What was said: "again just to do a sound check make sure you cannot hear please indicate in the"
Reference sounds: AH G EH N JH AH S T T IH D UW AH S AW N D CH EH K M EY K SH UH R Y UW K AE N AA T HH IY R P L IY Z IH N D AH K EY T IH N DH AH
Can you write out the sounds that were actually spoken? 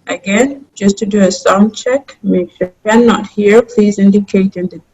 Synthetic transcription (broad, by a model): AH G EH N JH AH S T T IH D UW AH S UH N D CH EH K M EY K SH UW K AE N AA T HH IY R P L IY Z IH N D AH K EY T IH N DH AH